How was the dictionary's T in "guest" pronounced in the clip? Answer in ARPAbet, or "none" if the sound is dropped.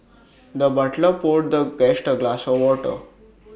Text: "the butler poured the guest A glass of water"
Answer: T